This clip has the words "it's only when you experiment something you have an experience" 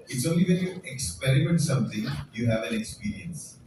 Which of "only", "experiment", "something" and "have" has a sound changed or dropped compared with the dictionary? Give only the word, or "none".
something